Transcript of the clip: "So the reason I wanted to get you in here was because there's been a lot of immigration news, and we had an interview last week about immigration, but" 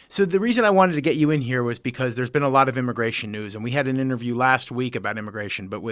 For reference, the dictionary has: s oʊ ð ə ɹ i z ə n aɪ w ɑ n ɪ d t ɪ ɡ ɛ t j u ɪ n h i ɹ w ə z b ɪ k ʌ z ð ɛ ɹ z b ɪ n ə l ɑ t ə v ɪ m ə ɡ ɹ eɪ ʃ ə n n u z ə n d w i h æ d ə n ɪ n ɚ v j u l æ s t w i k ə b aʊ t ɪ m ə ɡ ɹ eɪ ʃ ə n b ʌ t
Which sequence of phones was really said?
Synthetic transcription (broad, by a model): s oʊ ð ə ɹ i z ə n aɪ w ɑ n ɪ d t ɪ ɡ ɛ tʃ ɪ ɪ n h i ɹ w ə z b ɪ k ʌ z ð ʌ ɹ z b ɪ n ə l ɑ t ə v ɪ m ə ɡ ɹ eɪ ʃ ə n n u z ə n w i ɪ d ə n ɪ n ɚ v j u l æ s t w i k ə b aʊ t ɪ m ə ɡ ɹ eɪ ʃ ə n b ʌ t